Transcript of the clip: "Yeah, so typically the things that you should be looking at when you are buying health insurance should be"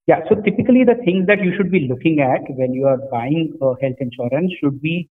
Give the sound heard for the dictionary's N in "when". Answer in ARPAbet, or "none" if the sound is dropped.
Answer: L